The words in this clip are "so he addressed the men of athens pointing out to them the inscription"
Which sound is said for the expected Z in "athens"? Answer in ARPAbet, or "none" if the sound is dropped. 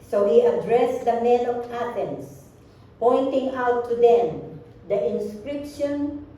S